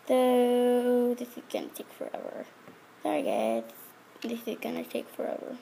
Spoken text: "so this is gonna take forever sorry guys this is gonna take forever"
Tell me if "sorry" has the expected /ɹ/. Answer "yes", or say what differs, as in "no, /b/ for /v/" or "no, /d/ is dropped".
no, /ɹ/ is dropped